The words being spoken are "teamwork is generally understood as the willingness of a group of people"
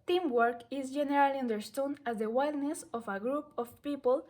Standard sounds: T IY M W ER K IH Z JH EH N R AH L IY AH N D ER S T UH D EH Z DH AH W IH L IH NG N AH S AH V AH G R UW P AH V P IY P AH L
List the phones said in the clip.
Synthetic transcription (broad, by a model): T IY M W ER K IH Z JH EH N R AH L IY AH N D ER S T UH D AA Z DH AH W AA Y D N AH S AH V AH G R UW P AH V P IY P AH L